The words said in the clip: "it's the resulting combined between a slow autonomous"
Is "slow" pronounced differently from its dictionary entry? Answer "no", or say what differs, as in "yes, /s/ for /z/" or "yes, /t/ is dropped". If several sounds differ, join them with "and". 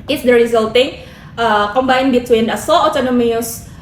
yes, /l/ is dropped